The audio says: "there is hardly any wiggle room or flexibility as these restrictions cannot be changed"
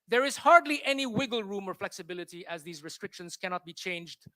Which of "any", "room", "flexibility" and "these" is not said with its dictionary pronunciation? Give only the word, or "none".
none